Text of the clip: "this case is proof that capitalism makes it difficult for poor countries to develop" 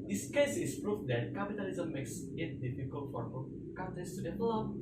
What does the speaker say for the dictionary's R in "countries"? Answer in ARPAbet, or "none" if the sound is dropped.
none